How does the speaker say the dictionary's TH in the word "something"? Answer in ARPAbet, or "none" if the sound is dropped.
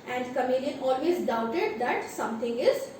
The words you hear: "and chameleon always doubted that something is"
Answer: T